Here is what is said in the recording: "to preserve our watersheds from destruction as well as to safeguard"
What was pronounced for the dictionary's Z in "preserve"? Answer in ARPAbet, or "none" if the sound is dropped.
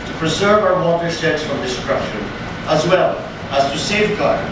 Z